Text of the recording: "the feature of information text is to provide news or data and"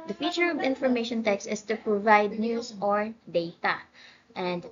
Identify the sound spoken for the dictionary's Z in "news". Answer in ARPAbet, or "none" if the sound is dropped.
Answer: S